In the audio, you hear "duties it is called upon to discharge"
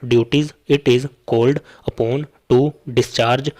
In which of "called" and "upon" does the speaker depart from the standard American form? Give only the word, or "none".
none